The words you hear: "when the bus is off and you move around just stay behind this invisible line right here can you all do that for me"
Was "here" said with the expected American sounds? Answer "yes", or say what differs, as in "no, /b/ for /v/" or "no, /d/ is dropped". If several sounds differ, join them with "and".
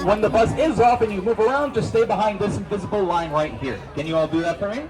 yes